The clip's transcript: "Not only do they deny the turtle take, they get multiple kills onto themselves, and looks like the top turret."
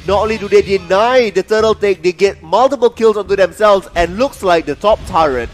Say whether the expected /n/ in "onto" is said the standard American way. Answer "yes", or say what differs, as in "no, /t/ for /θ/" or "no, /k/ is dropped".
yes